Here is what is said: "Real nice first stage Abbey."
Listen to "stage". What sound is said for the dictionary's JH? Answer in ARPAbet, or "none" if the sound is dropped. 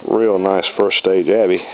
JH